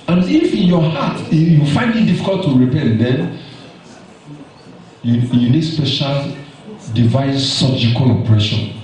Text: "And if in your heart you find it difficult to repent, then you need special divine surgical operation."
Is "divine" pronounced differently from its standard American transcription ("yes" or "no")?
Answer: no